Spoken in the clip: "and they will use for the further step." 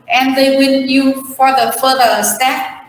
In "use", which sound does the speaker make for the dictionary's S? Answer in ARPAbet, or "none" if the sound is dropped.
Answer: none